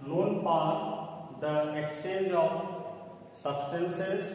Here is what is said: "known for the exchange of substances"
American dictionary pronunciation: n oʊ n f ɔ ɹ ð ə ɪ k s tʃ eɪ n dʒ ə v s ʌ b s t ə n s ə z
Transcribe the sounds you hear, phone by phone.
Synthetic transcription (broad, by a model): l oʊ n p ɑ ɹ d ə ɪ k s tʃ eɪ n dʒ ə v s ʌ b s t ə n s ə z